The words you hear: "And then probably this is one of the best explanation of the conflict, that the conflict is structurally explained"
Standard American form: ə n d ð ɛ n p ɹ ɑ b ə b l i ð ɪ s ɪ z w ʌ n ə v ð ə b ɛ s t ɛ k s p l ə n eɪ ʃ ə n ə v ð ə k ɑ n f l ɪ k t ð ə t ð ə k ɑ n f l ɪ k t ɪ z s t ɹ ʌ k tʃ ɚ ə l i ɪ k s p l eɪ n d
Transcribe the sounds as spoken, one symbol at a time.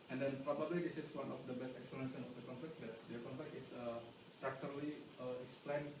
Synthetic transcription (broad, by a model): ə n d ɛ n p ɹ ɑ b ə b l i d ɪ s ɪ s w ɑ n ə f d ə b ɛ s t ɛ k s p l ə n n s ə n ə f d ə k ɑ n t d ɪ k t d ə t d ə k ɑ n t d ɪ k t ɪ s s t ɹ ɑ k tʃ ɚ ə l i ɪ k s p l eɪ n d